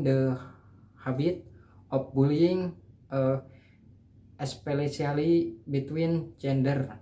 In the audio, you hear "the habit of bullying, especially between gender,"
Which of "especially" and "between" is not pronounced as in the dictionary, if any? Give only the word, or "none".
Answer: especially